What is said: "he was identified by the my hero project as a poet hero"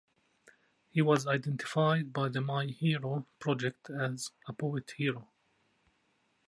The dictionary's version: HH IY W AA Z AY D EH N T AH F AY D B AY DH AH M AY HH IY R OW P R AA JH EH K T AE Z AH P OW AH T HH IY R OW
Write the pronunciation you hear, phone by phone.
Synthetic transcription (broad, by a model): HH IY W AA Z AY D EH N T AH F AY D B AY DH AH M AY HH IY R OW P R AA JH EH K T AE Z AH P OW AH T HH IY R OW